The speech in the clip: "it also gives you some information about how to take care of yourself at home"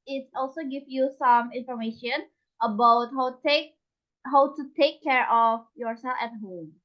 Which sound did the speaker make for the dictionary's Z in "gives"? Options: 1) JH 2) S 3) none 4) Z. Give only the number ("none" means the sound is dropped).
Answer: 3